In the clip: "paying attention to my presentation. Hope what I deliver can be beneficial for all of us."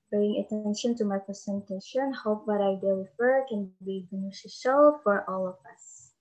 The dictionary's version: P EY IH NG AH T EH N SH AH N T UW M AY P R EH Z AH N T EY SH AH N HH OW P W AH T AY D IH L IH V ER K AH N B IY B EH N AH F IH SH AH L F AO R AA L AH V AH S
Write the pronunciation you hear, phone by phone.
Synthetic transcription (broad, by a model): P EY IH NG AH T EH N SH AH N T UW M AY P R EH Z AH N T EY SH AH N HH OW P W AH T AY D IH W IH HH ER K AH N B IY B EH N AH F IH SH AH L F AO R AA L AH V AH S